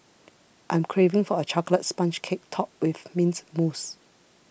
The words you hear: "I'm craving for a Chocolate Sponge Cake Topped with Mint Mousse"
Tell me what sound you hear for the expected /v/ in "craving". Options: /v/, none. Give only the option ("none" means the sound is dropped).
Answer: /v/